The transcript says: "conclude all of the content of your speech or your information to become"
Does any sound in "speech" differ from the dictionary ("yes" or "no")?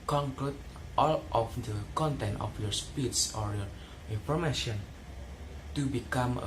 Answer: yes